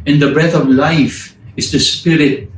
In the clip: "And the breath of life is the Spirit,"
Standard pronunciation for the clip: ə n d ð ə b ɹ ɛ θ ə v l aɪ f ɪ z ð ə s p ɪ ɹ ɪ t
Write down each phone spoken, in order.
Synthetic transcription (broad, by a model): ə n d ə b ɹ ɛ t ə v l aɪ f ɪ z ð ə s p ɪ ɹ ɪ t